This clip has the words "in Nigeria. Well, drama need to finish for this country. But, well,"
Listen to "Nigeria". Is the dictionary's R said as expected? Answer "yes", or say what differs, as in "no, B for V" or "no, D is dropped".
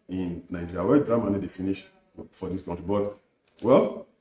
no, R is dropped